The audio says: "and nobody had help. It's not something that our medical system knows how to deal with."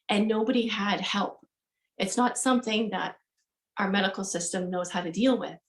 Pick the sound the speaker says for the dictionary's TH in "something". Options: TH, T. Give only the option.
TH